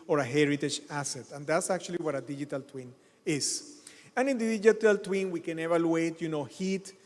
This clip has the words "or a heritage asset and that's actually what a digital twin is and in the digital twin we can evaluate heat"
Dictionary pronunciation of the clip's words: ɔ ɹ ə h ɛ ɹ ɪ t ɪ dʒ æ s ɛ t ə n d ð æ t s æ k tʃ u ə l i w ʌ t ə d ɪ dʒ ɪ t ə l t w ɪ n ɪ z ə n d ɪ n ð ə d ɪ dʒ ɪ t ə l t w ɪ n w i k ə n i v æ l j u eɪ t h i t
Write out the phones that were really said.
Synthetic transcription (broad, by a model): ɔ ɹ ə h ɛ ɹ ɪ t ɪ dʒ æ s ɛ t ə n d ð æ t s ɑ k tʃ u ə l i w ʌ t ə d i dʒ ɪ t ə l t w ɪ n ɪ s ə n ɪ n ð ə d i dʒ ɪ t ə l t w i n w i k ə n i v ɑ l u eɪ t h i t